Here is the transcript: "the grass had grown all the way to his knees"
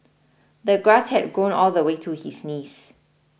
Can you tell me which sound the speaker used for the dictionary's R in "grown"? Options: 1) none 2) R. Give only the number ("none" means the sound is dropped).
2